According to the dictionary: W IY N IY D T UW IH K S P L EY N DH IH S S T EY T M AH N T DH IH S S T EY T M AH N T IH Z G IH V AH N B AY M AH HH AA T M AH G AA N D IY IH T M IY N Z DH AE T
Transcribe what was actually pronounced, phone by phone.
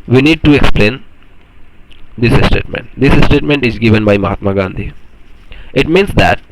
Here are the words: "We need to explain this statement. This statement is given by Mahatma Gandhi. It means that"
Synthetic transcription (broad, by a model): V IY N IY D T UW IH K S P L EY N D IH S S T EY T M AH N T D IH S S T EY T M AH N T IH Z G IH V AH N B AY M AH HH AA T M AH G AA N D IY IH T M IY N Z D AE T